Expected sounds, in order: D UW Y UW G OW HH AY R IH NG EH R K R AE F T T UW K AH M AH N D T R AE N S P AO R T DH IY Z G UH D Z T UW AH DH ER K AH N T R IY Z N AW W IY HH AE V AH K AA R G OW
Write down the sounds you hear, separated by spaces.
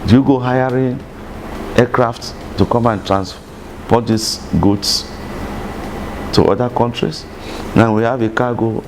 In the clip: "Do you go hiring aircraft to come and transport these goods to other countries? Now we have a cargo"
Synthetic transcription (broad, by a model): D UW Y UW G OW HH AY R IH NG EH K R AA F T T UW K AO M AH N T R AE N S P AO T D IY S G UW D S T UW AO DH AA K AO N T R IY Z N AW W IY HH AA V AH K AA G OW